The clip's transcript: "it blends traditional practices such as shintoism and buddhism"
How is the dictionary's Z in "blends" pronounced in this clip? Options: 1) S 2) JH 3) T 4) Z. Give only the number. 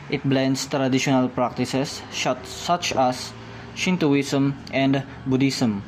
1